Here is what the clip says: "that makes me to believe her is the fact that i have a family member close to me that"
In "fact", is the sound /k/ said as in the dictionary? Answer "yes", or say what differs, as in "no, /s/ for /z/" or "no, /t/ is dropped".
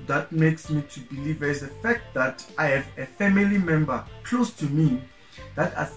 yes